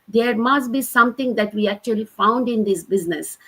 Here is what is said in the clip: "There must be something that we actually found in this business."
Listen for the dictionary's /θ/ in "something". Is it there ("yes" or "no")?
no